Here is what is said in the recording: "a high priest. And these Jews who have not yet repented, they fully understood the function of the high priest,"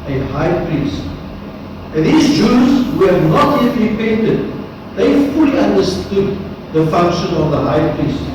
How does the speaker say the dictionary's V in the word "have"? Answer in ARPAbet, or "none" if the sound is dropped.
V